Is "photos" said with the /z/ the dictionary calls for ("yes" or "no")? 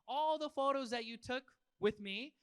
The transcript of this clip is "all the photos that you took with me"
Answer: yes